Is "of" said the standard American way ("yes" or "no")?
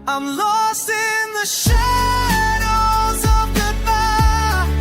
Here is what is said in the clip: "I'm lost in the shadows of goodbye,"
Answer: yes